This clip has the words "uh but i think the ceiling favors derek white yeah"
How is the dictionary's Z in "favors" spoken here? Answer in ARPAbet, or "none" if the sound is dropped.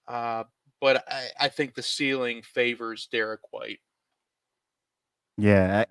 Z